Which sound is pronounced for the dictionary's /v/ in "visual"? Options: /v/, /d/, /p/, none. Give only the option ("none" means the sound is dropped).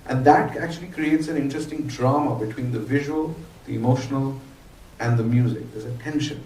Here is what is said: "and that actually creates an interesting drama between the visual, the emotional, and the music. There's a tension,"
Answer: /v/